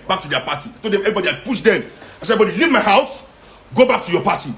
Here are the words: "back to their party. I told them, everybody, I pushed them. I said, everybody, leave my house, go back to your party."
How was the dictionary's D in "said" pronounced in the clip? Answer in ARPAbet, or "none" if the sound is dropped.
none